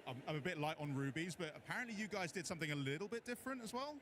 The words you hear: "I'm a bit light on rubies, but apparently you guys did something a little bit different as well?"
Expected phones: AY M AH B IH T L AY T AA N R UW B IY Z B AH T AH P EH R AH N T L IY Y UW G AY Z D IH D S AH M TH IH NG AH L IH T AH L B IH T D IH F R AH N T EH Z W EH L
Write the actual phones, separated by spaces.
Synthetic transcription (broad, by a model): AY M AH B IH T L AY T N R UW B IY Z B AH T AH P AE R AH N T L IY Y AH G AY Z D IH D S AH M TH IH NG AH L IH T L B IH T D IH F R AH N T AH Z W EH L